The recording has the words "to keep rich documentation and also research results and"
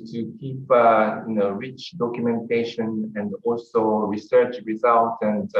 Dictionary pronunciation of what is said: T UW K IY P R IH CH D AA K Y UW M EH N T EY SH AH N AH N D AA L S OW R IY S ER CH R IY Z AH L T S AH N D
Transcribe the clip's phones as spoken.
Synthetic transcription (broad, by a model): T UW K IY P R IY CH D AA K Y UW M EH N T EY SH AH N AH N D AA L S OW R IY S ER CH R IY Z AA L T AH N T